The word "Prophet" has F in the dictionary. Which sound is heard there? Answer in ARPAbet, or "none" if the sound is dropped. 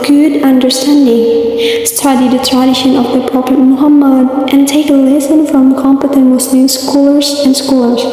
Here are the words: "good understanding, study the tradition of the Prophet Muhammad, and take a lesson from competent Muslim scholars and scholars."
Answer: P